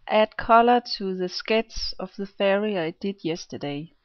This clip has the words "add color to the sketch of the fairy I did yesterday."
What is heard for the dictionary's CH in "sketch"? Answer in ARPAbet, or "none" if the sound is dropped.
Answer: S